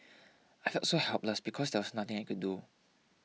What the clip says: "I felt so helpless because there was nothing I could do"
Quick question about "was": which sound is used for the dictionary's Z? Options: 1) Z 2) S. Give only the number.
2